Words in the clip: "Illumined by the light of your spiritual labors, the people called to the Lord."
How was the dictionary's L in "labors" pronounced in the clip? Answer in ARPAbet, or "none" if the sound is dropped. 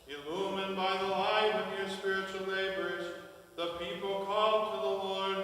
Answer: N